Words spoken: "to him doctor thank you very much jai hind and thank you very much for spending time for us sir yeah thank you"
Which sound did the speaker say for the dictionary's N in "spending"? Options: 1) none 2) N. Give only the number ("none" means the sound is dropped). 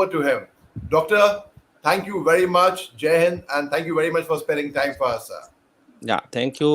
1